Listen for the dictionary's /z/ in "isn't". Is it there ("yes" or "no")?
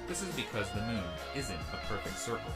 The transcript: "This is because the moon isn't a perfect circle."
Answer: yes